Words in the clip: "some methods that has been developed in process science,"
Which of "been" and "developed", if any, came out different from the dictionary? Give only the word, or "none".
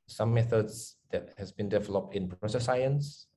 none